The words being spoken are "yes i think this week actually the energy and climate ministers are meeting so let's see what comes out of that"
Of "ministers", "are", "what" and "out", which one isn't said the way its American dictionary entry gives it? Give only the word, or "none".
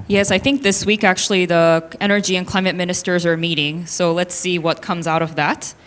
none